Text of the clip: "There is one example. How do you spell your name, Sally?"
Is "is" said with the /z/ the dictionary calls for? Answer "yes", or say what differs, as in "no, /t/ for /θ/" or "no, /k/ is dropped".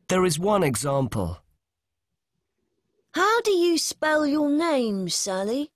yes